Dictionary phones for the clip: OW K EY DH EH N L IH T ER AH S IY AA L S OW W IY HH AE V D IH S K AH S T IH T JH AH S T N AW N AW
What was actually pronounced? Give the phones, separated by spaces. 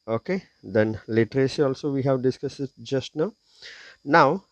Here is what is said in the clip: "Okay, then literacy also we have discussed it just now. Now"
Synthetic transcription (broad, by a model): OW K EY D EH N L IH T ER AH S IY AA L S OW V IY HH AE V D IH S K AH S IH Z JH AH S T N AW N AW